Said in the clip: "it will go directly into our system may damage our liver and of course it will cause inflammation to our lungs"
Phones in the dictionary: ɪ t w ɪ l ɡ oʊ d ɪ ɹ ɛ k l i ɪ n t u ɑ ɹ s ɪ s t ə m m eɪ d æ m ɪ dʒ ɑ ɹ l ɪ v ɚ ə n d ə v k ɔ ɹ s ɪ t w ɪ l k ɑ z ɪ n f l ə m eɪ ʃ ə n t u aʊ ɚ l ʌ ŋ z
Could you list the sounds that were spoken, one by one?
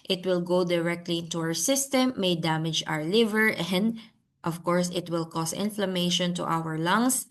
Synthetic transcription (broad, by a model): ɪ t w ɪ l ɡ oʊ d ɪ ɹ ɛ k l i ɪ n t u ɑ ɹ s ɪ s t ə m m eɪ d æ m ɪ dʒ ɑ ɹ l ɪ v ɚ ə n d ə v k ɔ ɹ s ɪ t w ɪ l k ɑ s ɪ n f l ə m eɪ ʃ ə n t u aʊ ɚ l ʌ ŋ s